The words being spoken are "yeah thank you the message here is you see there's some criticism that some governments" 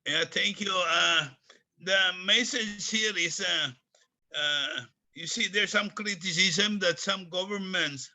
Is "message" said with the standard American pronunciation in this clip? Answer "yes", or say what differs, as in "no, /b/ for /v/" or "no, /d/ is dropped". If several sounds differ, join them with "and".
no, /z/ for /dʒ/